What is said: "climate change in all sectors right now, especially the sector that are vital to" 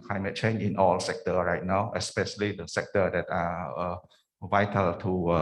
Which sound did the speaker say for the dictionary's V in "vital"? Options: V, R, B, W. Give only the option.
V